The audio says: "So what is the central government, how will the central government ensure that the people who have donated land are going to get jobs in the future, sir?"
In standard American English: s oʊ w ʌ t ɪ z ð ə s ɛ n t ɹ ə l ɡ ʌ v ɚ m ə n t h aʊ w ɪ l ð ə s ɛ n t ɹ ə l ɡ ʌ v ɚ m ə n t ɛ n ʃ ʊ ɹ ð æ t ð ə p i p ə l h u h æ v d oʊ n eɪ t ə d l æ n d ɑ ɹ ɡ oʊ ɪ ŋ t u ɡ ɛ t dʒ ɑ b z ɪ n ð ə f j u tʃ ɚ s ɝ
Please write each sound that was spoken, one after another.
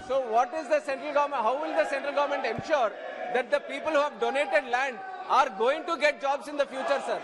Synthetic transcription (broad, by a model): s oʊ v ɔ t ɪ z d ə s ɛ n t ɹ ə l ɡ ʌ v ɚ m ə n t h aʊ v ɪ l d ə s ɛ n t ɹ ə l ɡ ʌ v ɚ m ə n t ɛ n ʃ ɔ ɹ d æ t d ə p i p ə l h u h æ v d oʊ n eɪ t ə d l æ n d ɑ ɹ ɡ oʊ ɪ ŋ t u ɡ ɛ t dʒ ɑ b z ɪ n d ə f j u tʃ ɚ s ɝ